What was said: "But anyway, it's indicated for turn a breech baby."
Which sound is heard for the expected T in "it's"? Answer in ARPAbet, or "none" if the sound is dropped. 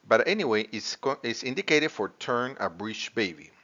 S